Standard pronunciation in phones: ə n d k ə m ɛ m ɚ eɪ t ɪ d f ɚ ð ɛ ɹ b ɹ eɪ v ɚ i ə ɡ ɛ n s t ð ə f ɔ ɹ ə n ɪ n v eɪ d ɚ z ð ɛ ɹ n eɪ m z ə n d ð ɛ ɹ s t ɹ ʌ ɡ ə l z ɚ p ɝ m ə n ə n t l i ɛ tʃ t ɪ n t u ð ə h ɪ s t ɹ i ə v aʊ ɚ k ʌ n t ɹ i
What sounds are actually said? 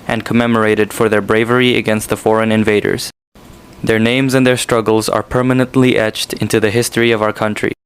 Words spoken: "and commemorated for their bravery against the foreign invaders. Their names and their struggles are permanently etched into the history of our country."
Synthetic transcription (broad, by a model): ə n k ə m ɛ m ɚ eɪ t ɪ d f ɚ ð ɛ ɹ b ɹ eɪ v ɚ i ə ɡ ɛ n s t ð ə f ɔ ɹ ə n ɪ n v eɪ d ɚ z ð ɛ ɹ n eɪ m z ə n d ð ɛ ɹ s t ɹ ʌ ɡ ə l z ɚ p ɝ m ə n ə n t l i ɛ tʃ t ɪ n t u ð ə h ɪ s t ɹ i ə v aʊ ɚ k ʌ n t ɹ i